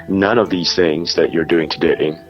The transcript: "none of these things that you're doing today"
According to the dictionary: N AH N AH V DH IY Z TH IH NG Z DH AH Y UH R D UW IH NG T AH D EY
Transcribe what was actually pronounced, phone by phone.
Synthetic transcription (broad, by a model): N AH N AH V DH IY Z TH IH NG Z DH AH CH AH R D UW IH NG T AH D EY